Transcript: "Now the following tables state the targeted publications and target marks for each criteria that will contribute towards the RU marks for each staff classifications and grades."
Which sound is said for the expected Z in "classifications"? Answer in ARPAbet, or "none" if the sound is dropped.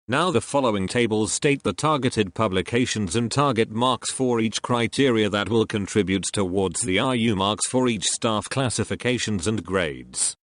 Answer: Z